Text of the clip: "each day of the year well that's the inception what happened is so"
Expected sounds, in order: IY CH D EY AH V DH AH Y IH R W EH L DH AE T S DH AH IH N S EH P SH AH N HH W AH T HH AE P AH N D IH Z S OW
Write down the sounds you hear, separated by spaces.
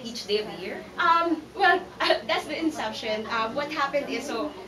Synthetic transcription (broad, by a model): IY CH D EY AH V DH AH Y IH R W EH L DH AE T S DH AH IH N S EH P SH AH N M W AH T HH AE P AH N D IH Z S OW